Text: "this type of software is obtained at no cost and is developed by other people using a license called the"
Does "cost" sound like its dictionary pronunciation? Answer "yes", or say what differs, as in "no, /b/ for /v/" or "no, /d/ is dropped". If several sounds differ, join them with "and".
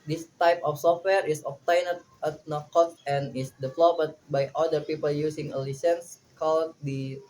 no, /s/ is dropped